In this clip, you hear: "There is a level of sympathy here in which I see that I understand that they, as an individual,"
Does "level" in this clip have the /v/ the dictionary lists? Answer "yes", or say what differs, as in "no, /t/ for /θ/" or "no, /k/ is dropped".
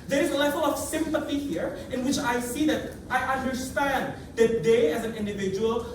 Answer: yes